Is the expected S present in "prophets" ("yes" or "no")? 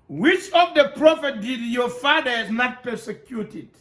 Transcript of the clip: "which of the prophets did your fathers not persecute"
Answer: no